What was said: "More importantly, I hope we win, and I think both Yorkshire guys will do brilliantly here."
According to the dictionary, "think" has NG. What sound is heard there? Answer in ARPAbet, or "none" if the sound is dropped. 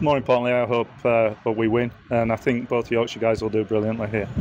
NG